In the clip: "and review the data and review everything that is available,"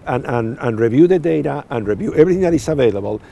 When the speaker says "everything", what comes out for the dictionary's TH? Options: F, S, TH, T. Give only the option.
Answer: TH